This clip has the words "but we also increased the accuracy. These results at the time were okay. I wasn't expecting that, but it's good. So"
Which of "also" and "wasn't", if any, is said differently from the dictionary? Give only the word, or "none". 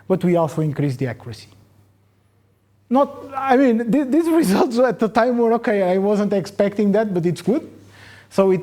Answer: none